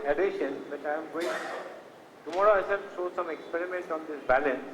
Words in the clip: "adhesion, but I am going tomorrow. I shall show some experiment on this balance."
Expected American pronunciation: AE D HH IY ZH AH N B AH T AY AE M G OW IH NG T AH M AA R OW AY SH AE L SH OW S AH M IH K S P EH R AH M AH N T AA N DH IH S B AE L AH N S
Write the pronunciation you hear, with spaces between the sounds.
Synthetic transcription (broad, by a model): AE D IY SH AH N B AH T AY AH M G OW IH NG T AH M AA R OW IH S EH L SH OW S AH M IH K S P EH R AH M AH N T AA N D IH S B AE L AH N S